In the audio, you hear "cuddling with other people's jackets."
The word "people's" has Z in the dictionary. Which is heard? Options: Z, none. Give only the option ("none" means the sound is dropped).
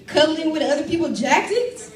none